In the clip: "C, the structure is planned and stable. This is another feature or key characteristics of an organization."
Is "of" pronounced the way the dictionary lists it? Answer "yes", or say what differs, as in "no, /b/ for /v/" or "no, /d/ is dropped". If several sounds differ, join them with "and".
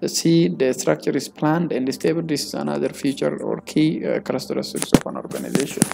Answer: no, /f/ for /v/